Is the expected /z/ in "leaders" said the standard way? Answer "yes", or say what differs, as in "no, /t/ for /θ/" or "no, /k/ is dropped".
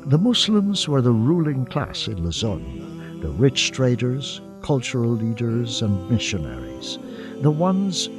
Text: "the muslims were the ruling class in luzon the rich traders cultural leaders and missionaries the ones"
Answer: yes